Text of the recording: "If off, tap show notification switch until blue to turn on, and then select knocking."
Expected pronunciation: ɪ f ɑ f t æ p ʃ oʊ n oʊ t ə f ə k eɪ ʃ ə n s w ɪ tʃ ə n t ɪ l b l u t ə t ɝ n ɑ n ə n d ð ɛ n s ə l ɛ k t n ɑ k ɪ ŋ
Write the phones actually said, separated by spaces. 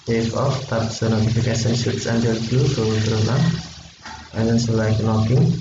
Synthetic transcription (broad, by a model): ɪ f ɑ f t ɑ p s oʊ n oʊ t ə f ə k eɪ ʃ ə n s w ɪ s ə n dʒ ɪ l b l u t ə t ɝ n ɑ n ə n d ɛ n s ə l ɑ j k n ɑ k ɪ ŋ